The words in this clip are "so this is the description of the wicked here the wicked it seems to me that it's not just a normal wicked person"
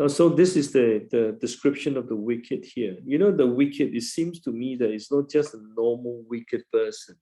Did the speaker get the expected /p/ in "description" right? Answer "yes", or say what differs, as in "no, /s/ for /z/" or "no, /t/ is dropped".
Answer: yes